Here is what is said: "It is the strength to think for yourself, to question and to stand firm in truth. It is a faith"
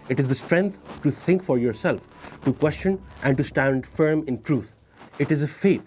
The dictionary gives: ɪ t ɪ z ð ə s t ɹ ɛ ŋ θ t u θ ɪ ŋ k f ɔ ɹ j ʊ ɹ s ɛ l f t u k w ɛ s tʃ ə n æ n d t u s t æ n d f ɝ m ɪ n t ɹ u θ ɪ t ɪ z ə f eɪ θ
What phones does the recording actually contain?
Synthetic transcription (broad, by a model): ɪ t ɪ z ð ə s t ɹ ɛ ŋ t t u t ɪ ŋ k f ɔ ɹ j ʊ ɹ s ɛ l f t u k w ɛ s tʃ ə n æ n d t u s t æ n d f ɝ m ɪ n t ɹ u t ɪ t ɪ z ə f eɪ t